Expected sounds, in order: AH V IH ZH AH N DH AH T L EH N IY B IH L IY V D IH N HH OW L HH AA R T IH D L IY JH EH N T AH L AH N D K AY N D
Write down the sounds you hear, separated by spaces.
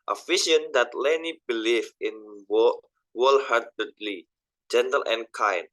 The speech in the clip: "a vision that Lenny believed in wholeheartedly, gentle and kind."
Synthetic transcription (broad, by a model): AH F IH SH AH N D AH T L EH N IY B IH L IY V IH N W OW L HH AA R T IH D L IY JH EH N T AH L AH N K AY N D